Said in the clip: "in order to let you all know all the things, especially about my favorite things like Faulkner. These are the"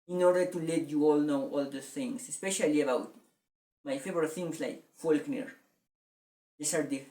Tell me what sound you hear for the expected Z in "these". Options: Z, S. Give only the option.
S